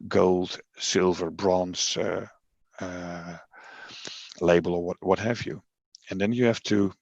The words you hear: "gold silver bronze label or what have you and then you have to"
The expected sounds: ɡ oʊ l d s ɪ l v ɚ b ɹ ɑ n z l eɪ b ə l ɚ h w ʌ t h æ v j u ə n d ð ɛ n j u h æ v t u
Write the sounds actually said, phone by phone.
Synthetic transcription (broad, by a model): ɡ oʊ l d s ɪ l v ɚ b ɹ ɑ n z l eɪ b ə l ɚ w w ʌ t h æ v j u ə n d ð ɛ n j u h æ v t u